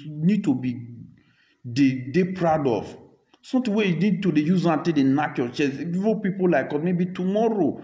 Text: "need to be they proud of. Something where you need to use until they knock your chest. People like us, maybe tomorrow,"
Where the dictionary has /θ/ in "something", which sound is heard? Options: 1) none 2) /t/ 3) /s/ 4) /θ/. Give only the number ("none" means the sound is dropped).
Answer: 2